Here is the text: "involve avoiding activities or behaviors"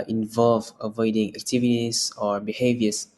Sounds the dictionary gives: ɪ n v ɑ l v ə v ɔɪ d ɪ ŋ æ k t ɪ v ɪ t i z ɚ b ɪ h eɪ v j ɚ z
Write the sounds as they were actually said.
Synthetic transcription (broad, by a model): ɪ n v ɑ l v ə v ɔɪ d ɪ ŋ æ k t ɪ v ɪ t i s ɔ b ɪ h eɪ v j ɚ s